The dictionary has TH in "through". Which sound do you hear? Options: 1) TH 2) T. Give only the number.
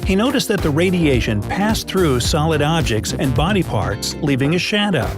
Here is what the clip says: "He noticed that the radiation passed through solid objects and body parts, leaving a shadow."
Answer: 1